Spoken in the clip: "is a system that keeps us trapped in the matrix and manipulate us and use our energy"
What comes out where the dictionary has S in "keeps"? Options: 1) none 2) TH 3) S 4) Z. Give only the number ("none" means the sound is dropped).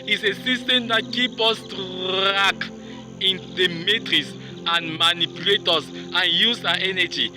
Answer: 1